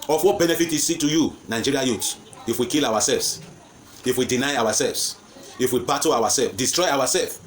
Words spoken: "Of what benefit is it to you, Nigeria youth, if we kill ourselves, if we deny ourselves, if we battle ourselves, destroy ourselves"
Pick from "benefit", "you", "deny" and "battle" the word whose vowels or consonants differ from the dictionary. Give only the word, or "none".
battle